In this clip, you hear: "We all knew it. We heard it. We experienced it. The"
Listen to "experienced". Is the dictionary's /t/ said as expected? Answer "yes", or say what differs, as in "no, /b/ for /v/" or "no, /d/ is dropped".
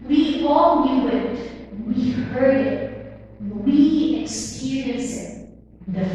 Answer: no, /t/ is dropped